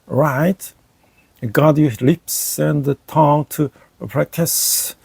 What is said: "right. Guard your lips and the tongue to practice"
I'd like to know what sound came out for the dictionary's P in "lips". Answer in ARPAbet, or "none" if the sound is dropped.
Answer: P